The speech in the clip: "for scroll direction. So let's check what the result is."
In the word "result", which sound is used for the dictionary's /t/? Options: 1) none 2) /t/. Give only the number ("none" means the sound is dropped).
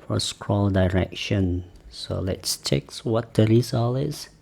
1